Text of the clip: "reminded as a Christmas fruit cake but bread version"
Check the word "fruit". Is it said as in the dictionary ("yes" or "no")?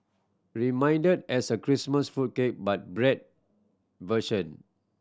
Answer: no